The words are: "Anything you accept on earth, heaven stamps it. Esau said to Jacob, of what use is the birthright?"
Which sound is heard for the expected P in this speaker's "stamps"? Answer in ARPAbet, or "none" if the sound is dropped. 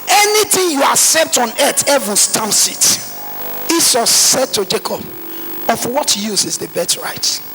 none